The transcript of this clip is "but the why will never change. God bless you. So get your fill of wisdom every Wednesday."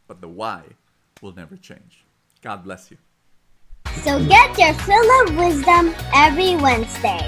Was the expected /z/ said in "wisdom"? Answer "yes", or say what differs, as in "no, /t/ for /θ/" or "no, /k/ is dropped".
yes